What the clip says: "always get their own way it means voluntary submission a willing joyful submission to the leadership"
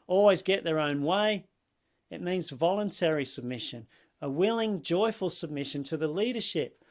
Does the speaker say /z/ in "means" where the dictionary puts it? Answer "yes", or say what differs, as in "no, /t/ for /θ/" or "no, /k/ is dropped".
yes